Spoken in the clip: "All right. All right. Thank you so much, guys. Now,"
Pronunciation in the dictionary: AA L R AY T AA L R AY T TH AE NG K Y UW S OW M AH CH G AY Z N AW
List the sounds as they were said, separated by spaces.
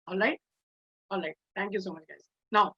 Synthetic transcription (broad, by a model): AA L R AY T AA L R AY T T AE NG K Y UW S OW M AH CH G AY Z N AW